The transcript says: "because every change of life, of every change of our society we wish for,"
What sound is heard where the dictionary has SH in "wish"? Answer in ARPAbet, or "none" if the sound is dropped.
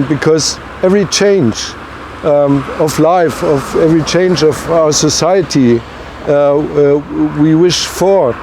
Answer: SH